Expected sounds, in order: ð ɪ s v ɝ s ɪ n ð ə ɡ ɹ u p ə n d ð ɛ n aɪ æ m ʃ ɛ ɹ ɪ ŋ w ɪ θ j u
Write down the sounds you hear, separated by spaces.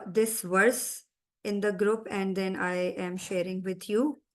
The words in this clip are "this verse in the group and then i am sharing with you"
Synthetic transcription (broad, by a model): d ɪ s v ɝ s ɪ n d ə ɡ ɹ u p ə n d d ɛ n aɪ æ m ʃ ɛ ɹ ɪ ŋ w ɪ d j u